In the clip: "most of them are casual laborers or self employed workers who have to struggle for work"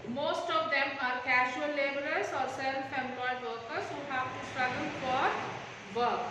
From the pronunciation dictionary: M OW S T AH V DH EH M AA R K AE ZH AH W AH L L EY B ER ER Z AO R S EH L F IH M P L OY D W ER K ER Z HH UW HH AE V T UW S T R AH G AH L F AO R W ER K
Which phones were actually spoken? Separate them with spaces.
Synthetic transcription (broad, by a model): M OW S T AH V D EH M AA R K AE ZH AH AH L L EY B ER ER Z AO R S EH N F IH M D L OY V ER K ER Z HH UW HH AE V T UW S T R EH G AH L F AO R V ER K